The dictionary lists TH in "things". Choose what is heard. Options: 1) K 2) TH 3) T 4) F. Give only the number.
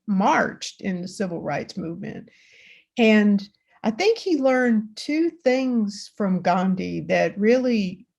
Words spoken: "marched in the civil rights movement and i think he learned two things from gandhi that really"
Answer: 2